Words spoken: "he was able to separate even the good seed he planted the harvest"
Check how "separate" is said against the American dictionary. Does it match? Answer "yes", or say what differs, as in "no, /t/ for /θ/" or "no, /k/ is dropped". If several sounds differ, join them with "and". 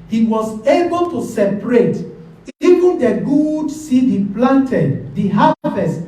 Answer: yes